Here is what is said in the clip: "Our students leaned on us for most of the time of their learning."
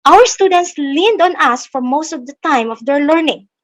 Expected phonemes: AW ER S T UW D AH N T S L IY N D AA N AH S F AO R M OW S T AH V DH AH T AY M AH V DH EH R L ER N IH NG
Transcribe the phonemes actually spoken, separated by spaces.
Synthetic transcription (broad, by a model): AW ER S T UW D AH N T S L IY N D AA N AH S F AO R M OW S T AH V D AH T AY M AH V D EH R L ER N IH NG